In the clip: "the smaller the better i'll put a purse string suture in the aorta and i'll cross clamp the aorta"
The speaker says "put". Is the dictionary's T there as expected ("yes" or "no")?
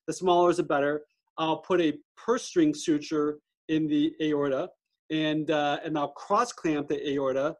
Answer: yes